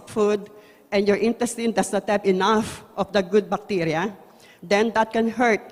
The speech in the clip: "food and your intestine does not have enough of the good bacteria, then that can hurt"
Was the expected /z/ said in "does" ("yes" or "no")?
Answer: no